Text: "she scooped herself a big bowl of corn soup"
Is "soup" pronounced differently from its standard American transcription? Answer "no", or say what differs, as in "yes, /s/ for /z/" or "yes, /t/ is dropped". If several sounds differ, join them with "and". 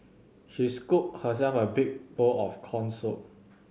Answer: yes, /p/ is dropped